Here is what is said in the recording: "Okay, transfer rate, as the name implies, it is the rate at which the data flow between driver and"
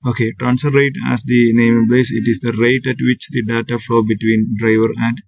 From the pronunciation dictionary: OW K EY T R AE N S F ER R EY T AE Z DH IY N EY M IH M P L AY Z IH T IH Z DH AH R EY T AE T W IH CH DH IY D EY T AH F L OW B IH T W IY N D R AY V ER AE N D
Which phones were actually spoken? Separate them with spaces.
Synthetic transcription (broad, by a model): OW K EY T R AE N S ER R EY T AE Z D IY N EY M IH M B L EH S IH T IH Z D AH R EY T AE T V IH CH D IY D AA T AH F L OW B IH T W IY N D R AY V ER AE N D